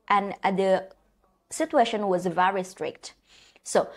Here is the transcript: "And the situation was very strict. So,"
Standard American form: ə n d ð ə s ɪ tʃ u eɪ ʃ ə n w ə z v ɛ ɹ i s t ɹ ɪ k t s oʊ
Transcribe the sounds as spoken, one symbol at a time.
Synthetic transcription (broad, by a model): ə n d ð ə s ɪ tʃ u eɪ ʃ ə n w ə z v ɛ ɹ i s t ɹ ɪ k t s oʊ